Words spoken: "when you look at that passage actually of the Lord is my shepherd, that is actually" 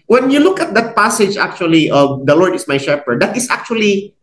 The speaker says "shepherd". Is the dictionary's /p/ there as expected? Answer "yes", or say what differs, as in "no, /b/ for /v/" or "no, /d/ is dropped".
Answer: yes